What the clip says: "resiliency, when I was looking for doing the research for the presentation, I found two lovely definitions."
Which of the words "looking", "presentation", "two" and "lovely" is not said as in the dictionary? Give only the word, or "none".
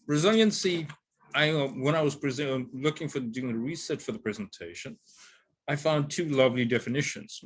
none